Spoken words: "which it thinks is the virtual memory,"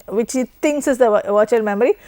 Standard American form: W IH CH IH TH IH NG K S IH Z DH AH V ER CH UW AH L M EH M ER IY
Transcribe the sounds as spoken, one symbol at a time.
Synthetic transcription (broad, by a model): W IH CH IH T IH NG K S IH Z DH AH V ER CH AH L M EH M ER IY